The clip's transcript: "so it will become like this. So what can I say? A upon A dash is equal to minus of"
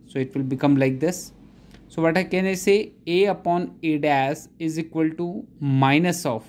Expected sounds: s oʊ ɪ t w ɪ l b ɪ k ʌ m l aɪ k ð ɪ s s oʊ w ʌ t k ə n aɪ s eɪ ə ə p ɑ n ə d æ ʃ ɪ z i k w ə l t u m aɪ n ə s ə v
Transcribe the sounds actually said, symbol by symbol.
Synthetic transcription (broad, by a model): s oʊ ɪ t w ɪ l b ɪ k ʌ m l aɪ k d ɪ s s oʊ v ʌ t k ə n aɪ s eɪ ə ə p ɑ n ə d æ s ɪ z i k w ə l t u m aɪ n ə s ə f